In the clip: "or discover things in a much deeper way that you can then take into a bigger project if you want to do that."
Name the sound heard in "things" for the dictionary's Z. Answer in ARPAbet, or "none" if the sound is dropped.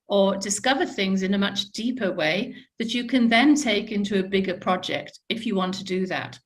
Z